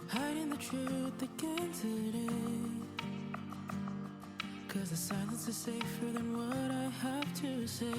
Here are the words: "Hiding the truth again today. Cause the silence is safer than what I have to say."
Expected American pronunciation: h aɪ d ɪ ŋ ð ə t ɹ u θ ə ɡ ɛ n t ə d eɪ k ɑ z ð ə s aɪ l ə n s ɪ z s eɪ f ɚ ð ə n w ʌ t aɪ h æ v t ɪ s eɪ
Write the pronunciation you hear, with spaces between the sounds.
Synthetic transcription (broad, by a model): h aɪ d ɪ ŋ ð ə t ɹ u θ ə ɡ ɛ n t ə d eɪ k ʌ z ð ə s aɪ n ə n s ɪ s eɪ f ɚ ð ə n w ʌ t aɪ h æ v t ɪ s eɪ